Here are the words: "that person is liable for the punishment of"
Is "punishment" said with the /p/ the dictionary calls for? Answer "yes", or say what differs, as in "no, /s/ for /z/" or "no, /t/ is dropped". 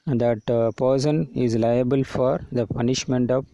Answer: yes